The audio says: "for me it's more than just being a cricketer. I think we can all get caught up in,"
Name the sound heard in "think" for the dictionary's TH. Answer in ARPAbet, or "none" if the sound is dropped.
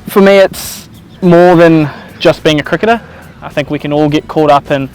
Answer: TH